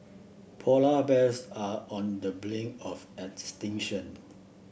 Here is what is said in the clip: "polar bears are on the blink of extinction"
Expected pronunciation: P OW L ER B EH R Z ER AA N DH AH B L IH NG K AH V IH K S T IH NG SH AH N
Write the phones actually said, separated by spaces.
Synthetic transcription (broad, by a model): P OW L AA B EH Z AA AA N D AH B L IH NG AH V IH K S T IH NG SH AH N